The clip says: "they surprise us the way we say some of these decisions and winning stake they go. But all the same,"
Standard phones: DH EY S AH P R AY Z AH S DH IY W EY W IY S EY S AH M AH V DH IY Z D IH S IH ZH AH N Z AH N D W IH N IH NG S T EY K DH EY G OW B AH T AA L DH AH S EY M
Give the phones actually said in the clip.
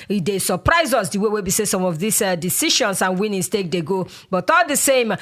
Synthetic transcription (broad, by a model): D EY S AH P R AY Z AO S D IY W EY W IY S EY S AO M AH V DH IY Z D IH S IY SH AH N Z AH N W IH N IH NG S T EY K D EY G OW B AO T AA L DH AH S EY M